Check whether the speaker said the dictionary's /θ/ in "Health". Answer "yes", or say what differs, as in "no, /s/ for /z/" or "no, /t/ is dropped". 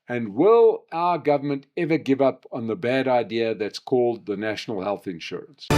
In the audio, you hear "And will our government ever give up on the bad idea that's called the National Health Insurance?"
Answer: yes